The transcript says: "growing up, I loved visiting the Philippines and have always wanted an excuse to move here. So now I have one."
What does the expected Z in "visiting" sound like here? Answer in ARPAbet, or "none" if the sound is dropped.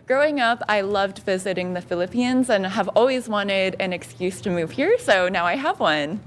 Z